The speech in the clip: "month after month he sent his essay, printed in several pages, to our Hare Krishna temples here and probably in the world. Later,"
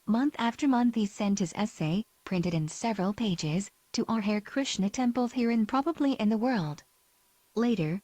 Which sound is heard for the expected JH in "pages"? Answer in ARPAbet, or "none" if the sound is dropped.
JH